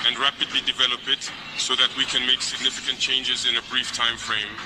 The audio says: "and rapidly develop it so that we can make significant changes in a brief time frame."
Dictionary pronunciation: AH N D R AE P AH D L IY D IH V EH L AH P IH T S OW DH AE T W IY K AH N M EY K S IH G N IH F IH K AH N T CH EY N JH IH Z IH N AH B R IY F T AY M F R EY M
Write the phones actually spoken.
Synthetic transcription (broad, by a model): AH N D R AE P AH D L IY D IH V EH L AH P IH T S OW DH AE T W IY K AH N M EY K S IH G N IH F IH K AH N T CH EY N JH IH Z IH N AH B R IY F T AY M F R EY M